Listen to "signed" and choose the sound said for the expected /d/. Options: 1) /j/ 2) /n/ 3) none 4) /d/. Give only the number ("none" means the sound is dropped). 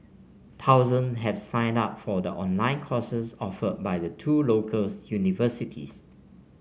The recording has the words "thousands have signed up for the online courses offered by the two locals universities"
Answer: 4